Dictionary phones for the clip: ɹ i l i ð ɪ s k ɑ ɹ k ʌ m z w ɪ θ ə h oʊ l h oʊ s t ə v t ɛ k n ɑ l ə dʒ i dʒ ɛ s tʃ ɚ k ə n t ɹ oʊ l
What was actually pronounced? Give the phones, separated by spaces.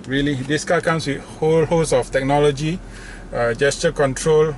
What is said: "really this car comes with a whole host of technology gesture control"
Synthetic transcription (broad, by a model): ɹ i l i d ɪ s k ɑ k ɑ m s w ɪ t h oʊ l h oʊ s ə f t ɛ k n ɑ l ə dʒ i dʒ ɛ s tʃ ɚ k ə n t ɹ oʊ l